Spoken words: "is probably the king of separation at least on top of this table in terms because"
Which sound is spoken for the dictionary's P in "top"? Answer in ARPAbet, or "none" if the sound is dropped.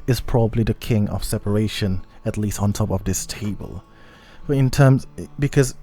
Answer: P